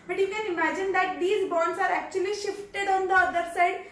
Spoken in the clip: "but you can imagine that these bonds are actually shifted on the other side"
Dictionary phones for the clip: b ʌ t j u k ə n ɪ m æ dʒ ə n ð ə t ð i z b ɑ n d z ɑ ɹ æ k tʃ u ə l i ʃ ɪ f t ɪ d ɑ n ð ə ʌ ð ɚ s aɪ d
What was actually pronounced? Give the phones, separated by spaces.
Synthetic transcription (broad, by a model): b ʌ t j u k ə n ɪ m æ dʒ ə n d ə t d i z b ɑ n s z ɑ ɹ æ k tʃ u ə l i ʃ ɪ f t ɪ d ɑ n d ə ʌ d ɚ s aɪ d